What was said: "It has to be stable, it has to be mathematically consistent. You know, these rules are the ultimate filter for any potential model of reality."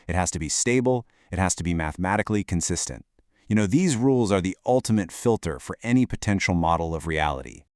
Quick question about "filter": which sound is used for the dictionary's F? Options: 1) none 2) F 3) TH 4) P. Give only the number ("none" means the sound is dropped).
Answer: 2